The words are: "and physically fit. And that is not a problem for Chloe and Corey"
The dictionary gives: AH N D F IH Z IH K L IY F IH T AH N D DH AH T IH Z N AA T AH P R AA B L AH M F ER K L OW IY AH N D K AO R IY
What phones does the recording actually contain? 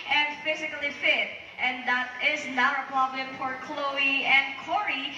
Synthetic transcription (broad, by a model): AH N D F IH Z IH K L IY F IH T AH N DH AH T IH Z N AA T AH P AA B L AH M F ER K L OW IY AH N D K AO R IY